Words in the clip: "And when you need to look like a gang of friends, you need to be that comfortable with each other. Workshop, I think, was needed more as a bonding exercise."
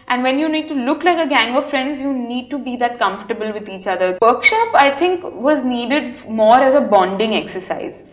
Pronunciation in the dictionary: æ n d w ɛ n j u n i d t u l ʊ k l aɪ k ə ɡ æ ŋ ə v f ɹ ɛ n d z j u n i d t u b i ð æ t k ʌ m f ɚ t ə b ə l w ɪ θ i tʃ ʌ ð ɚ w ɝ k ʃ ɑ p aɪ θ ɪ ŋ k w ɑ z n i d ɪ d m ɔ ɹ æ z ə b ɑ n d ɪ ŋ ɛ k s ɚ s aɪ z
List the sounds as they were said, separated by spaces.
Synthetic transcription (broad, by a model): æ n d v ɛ n j u n i d t u l ʊ k l aɪ k ə ɡ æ ŋ ə v f ɹ ɛ n d z j u n i d t u b i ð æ t k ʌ m f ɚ t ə b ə l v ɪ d i tʃ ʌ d ɚ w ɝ k ʃ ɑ p aɪ t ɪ ŋ k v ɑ z n i d ɪ d m ɔ ɹ æ z ə b ɑ n d ɪ ŋ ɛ k s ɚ s aɪ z